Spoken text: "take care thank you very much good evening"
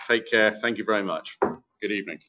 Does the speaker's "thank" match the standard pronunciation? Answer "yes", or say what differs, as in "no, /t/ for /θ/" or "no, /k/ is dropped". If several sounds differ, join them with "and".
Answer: yes